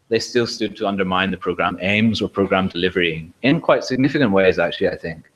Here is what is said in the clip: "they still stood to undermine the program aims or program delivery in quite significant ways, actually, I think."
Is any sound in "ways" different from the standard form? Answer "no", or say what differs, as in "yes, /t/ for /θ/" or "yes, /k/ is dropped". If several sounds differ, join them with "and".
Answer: no